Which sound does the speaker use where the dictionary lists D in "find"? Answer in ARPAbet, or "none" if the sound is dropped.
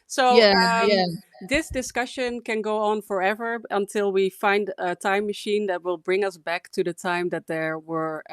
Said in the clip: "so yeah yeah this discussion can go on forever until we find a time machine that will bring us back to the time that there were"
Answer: D